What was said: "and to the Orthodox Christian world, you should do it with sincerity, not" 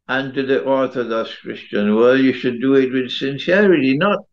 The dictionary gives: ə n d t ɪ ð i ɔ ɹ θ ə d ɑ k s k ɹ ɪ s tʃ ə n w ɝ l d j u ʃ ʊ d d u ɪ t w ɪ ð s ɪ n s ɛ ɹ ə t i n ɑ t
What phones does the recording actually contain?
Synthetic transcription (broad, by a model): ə n t ɪ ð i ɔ ɹ θ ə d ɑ s k ɹ ɪ s tʃ ə n w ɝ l j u ʃ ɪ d d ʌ ɪ t w ɪ ð s ɪ n s ɛ ɹ ə t i n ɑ t